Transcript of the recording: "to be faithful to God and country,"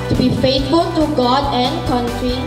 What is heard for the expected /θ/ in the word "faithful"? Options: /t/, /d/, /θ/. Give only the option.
/t/